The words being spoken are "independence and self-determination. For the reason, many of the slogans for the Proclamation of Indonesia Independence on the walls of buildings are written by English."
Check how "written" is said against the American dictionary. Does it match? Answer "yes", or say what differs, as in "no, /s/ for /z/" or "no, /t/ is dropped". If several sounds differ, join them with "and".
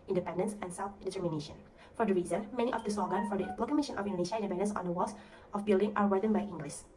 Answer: no, /w/ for /ɹ/